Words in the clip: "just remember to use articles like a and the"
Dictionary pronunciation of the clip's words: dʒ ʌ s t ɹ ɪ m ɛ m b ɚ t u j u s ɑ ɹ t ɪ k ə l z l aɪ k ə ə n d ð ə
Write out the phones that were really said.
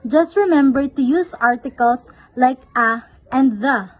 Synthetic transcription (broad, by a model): dʒ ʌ s t ɹ ɪ m ɛ m b ɚ t u j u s ɑ ɹ t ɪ k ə l s l aɪ k ə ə n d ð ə